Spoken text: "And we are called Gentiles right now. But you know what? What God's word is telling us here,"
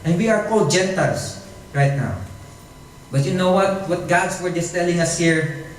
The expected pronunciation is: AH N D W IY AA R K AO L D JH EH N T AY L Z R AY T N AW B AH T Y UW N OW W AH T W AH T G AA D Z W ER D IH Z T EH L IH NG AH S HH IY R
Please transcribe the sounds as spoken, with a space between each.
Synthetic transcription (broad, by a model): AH N D W IY AA R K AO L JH EH N T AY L S R AY T N AW B AH T Y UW N OW W AH T W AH T G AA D S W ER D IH S T EH L IH NG AH S HH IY R